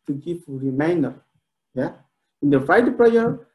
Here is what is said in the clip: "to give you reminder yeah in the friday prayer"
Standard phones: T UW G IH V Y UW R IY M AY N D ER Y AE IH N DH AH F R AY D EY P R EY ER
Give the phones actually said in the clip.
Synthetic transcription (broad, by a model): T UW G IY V R IY M AY N D ER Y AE IH N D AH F AY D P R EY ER